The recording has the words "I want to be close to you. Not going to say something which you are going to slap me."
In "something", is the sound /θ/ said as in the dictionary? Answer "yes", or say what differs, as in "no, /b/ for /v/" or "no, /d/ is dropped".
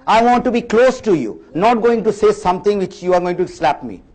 no, /t/ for /θ/